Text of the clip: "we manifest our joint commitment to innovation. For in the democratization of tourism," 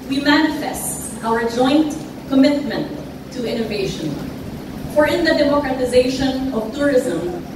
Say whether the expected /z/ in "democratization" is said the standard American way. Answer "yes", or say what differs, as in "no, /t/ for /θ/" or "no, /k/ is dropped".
yes